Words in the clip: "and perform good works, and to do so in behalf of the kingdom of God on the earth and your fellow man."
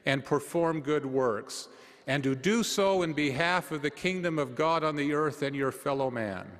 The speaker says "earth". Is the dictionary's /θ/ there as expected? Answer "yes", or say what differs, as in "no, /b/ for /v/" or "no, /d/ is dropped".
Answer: yes